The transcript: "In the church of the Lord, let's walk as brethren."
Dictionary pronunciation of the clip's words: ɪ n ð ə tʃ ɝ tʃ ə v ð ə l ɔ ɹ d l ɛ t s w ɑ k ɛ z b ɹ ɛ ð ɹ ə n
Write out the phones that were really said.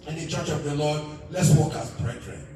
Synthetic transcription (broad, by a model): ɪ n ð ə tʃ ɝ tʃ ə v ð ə l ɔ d l ɛ t s w ɑ k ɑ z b ɹ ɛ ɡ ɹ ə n